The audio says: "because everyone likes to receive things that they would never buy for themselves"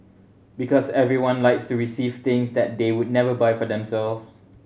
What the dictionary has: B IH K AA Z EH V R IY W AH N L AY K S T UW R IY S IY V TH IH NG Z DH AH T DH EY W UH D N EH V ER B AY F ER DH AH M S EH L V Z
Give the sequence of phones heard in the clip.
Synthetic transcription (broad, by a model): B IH K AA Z EH V R IY W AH N L AY K S T UW R IY S IY V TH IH NG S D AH T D EY W UH D N EH V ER B AY F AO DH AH M S EH L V